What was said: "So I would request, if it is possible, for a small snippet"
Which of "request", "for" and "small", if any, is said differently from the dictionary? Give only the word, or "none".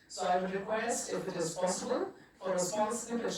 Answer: small